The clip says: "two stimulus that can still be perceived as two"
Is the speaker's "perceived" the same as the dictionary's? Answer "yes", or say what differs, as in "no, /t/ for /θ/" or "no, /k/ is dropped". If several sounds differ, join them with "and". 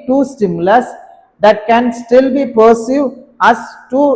no, /d/ is dropped